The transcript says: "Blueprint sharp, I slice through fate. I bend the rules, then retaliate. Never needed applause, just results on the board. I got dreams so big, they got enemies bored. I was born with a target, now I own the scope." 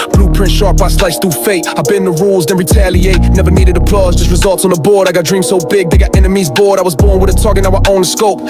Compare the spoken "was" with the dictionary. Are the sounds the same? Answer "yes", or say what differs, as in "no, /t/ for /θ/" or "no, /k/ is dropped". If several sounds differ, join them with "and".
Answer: yes